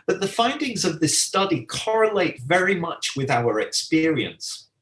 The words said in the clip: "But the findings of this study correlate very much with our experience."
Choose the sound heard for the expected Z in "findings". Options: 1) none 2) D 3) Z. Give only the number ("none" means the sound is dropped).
3